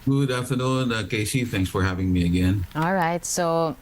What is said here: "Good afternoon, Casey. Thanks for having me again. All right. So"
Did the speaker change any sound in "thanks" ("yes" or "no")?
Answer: no